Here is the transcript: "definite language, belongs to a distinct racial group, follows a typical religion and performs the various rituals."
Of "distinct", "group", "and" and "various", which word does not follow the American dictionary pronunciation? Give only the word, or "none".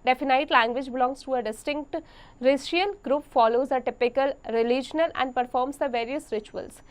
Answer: none